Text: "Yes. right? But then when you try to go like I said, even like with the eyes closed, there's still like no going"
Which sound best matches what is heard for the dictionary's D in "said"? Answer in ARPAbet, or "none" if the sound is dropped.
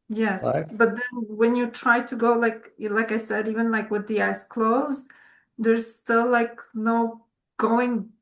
D